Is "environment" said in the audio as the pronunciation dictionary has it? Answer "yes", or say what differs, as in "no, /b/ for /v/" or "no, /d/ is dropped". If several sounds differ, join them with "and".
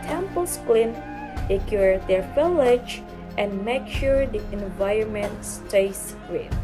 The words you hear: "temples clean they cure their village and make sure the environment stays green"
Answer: yes